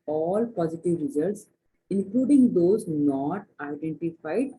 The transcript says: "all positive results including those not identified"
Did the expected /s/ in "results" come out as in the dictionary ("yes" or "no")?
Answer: yes